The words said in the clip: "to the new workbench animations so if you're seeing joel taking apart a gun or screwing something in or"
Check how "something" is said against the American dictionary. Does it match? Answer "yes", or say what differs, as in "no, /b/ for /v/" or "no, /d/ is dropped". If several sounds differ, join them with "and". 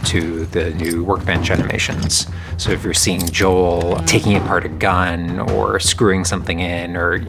yes